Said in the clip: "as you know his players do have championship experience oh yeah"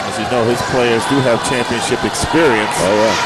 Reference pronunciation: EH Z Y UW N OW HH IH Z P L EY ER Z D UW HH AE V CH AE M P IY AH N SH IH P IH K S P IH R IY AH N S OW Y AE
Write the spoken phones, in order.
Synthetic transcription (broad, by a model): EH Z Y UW N OW HH IH Z P L EY ER Z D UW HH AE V CH AE M P IY AH N SH IH P IH K S P IH R IY AH N S OW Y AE